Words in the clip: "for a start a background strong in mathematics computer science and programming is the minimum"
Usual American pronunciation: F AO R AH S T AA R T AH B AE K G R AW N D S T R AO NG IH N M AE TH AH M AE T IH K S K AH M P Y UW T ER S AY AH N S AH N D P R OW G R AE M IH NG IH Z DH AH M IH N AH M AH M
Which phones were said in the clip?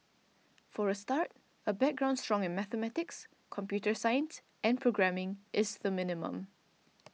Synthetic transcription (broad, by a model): F AO R AH S T AA R T AH B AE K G R AW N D S T R AO NG IH N M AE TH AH M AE T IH K S K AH M P Y UW T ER S AY AH N S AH N P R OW G R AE M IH NG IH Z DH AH M IH N AH M AH M